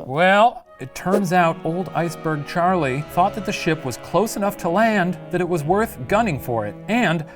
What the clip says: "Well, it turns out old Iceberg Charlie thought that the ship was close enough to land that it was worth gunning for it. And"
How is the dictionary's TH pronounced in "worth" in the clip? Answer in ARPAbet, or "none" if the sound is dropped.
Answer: TH